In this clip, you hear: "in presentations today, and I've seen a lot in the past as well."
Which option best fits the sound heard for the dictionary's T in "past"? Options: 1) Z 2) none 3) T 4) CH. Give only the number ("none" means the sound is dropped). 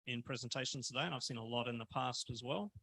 3